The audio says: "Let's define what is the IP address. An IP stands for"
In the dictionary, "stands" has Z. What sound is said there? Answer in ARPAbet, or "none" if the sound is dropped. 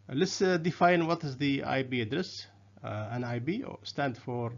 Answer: none